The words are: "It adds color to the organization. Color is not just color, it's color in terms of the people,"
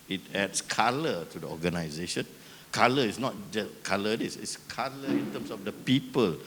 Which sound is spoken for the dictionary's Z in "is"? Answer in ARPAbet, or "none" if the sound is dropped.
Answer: S